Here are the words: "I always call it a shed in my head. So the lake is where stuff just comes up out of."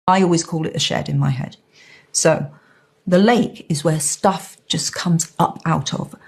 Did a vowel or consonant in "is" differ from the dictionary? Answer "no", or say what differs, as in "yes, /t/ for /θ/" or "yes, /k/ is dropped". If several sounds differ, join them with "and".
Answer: no